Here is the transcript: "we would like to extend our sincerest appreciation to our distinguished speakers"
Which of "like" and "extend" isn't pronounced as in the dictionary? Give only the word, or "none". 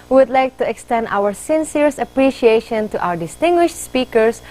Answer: none